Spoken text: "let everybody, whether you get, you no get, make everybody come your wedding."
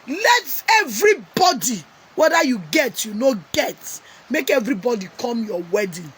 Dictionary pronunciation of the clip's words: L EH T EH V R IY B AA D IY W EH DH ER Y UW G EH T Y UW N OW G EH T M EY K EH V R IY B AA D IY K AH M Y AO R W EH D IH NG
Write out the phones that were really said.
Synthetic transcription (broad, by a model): L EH T EH V R IY B AA D IY W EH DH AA Y UW G EH T Y UW N OW G EH T M EY K EH V R IY B AA D IY K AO M Y AO W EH D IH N